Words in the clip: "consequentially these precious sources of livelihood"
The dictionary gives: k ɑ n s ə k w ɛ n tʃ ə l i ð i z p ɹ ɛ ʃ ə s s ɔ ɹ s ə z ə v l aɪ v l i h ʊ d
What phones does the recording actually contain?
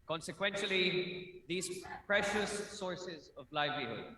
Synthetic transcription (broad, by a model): k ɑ n s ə k w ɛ n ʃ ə l i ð i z p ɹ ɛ ʃ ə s s ɔ ɹ s ə z ə v l aɪ v l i h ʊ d